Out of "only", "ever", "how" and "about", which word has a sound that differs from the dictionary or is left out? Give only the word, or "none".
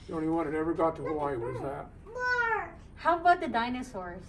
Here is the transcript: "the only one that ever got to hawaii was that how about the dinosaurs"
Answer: only